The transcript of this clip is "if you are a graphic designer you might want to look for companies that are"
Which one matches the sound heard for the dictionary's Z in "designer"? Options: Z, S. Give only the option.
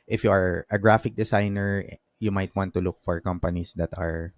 S